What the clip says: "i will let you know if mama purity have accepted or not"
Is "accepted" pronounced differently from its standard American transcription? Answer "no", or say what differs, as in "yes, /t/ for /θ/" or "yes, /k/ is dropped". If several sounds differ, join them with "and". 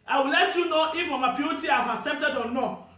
yes, /k/ is dropped